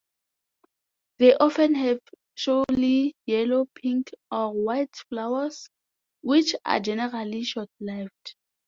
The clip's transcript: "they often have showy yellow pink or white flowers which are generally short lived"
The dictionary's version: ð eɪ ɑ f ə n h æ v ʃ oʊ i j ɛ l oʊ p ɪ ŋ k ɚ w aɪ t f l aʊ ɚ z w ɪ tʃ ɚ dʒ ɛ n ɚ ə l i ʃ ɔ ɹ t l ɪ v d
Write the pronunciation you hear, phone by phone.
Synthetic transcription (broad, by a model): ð eɪ ɑ f ə n h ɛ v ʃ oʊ i j ɛ l oʊ p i ŋ k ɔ w aɪ t f l aʊ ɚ s w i tʃ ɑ dʒ ɛ n ɚ ə l i ʃ ɔ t l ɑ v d